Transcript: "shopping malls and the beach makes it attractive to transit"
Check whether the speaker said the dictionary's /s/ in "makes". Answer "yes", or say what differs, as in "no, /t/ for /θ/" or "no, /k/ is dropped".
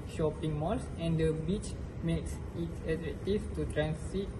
yes